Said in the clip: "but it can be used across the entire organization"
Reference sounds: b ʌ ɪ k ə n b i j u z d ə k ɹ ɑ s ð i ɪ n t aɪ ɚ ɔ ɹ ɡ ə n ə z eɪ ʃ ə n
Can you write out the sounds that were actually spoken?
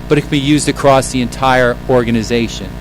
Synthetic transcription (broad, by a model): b ʌ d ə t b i j u z d ə k ɹ ɑ s ð i ɪ n t aɪ ɚ ɔ ɹ ɡ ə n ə z eɪ ʃ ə n